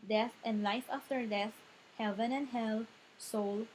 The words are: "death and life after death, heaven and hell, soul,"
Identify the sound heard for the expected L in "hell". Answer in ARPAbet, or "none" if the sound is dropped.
L